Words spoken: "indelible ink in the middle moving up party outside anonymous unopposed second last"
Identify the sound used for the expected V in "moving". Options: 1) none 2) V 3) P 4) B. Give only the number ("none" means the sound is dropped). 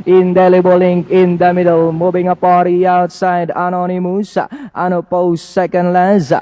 4